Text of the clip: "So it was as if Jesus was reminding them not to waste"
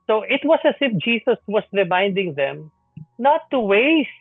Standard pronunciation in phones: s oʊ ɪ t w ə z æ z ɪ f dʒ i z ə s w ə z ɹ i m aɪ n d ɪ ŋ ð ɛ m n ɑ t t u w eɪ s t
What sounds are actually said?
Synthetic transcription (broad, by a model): s oʊ ɪ t w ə s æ s ɪ f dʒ i s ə s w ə s ɹ i m aɪ n d ɪ ŋ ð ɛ m n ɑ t t u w eɪ s